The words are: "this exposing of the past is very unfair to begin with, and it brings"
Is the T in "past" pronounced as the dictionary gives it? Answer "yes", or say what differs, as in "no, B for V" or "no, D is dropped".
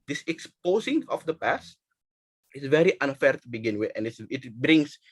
yes